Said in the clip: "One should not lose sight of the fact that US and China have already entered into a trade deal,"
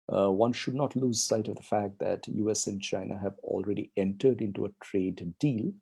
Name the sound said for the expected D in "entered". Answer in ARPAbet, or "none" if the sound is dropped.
D